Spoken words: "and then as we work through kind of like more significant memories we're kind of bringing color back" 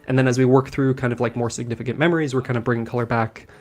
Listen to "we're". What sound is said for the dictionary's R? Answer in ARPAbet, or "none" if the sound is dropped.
R